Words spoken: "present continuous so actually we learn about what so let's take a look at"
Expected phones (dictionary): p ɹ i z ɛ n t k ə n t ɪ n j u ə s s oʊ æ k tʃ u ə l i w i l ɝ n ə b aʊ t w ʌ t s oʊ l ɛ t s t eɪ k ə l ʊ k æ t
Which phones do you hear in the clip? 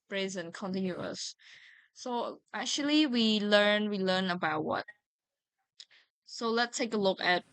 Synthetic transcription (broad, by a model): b ɹ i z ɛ n k ə n t ɪ n j u ə s s oʊ æ k tʃ u ə l i w i l ɝ n ə b aʊ t w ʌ t s oʊ l ɛ t s t eɪ k ə l ʊ k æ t